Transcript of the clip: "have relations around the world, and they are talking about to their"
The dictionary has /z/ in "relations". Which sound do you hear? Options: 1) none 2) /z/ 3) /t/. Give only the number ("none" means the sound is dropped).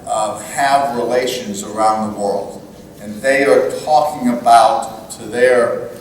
2